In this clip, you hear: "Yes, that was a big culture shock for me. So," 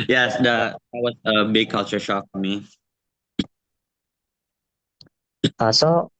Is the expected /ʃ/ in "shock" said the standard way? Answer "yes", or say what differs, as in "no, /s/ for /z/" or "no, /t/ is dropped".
yes